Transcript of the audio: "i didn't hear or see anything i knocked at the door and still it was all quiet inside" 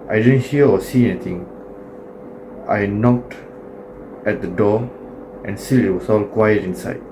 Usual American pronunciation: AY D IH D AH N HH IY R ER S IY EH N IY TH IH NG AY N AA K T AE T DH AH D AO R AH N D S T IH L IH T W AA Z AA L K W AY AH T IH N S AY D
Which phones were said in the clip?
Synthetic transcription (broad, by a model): AY D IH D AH N HH IY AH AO S IY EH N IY T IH NG AY N AA K T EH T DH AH D AO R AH N S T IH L IH T W AA S AA L K W AY AH T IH N S AY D